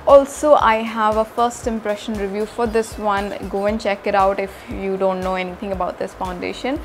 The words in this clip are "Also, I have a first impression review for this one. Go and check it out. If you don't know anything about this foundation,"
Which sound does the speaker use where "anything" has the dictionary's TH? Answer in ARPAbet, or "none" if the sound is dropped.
T